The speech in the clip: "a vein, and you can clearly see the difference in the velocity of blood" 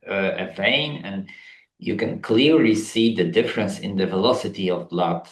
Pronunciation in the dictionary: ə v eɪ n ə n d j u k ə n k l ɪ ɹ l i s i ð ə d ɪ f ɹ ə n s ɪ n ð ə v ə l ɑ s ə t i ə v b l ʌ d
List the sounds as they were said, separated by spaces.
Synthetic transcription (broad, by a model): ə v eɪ n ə n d j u k ə n k l ɪ ɹ l i s i ð ə d ɪ f ɹ ə n s ɪ n ð ə v ə l ɑ s ə t i ə v l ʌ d